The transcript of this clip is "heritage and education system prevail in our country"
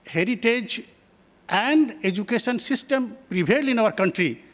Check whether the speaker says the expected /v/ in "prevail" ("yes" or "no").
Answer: no